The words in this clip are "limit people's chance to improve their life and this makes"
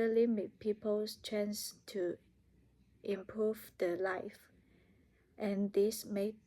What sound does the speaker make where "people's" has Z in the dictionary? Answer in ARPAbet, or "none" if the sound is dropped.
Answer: S